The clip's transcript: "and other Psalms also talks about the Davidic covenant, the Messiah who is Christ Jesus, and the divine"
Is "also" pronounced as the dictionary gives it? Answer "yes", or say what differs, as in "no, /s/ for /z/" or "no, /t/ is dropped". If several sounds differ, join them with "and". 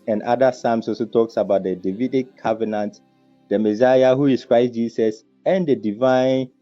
no, /l/ is dropped